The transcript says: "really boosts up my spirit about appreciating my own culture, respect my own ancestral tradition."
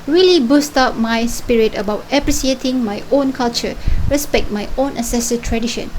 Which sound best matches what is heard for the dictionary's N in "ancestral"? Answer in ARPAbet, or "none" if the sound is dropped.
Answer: none